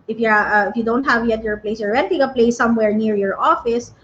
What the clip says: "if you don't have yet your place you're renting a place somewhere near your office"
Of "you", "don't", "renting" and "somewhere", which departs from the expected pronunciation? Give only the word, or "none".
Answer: renting